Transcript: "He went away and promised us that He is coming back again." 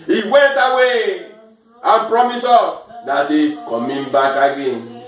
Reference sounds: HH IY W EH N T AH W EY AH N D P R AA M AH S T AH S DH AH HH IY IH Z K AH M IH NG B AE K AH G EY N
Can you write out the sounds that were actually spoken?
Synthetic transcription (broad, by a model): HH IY W EH N T AH W EY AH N P R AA M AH S AO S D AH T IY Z K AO M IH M B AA K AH G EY N